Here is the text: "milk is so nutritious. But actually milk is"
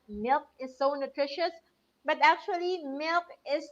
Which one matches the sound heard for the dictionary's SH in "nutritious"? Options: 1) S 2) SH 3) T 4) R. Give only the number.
2